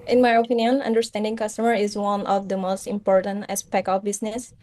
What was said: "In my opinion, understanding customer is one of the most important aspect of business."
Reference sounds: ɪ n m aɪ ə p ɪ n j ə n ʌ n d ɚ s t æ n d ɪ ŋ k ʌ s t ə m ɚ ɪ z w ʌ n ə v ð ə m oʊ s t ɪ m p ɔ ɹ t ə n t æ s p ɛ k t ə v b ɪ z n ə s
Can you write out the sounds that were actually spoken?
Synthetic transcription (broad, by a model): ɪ n m aɪ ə p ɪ n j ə n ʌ n d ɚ s t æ n d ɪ ŋ k ʌ s t ə m ɚ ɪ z w ʌ n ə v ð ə m oʊ s t ɪ m p ɔ ɹ t ə n t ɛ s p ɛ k ə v b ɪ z n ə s